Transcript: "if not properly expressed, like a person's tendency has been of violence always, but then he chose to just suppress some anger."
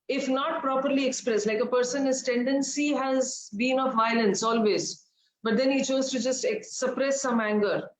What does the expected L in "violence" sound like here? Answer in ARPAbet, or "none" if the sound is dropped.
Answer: L